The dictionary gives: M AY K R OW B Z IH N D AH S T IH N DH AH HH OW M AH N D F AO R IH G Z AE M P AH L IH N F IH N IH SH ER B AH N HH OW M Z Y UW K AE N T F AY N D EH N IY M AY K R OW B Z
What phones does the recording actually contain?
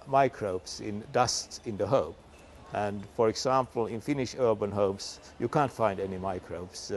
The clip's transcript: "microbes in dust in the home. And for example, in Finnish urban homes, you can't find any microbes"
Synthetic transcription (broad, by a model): M AY K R OW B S IH N D AH S T IH N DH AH HH OW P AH N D F AO R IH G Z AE M P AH L IH N F IH N IH SH ER B AH N HH OW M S Y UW K AE N T F AY N D EH N IY M AY K R OW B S